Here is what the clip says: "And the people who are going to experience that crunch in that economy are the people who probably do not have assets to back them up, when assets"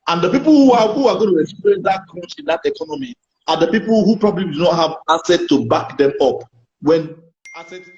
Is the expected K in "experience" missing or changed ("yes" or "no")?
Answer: yes